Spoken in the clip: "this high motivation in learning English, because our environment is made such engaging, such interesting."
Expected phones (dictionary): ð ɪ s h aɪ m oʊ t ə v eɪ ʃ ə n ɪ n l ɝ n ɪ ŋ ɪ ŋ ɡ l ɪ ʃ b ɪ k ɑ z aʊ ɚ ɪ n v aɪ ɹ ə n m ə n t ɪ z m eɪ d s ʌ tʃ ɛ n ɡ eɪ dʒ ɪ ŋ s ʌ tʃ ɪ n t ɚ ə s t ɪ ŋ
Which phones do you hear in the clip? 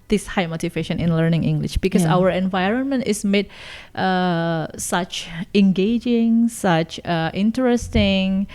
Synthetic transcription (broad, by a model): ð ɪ s h aɪ m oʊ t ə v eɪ ʃ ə n ɪ n l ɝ n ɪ ŋ ɪ ŋ ɡ l ɪ ʃ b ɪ k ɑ s aʊ ɚ ɪ n v aɪ ɹ ə n m ə n t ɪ s m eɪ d s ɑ tʃ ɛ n ɡ eɪ dʒ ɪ ŋ s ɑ tʃ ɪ n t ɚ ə s t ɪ ŋ